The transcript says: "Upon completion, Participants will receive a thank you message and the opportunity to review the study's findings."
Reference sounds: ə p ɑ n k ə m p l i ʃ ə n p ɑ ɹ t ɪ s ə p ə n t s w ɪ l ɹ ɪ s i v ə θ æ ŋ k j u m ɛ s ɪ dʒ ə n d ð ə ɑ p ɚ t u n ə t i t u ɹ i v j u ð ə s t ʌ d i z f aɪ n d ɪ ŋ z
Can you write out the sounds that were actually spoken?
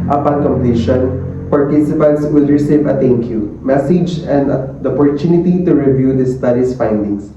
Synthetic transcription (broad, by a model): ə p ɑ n k ə m p l i ʃ ə n p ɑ ɹ t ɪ s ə p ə n t s w ɪ l ɹ ɪ s i v ə t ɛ ŋ k j u m ɛ s ɪ dʒ ə n d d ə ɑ p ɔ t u n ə t i t u ɹ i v j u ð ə s t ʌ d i s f aɪ n d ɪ ŋ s